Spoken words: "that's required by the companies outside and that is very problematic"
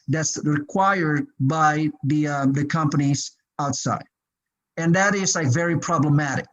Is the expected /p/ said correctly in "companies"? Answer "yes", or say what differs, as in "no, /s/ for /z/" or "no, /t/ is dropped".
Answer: yes